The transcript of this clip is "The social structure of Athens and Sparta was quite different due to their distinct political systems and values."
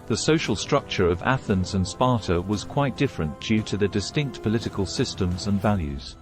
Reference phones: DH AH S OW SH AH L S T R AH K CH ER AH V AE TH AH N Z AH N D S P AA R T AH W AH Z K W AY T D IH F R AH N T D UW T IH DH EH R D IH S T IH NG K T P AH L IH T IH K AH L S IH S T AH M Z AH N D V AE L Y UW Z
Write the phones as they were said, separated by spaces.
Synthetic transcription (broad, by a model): DH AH S OW SH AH L S T R AH K CH ER AH V AE TH AH N Z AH N S P AA R T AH W AH Z K W AY T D IH F R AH N D UW T IH DH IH D IH S T IH NG K T P AH L IH T IH K AH L S IH S T AH M Z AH N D V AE L Y UW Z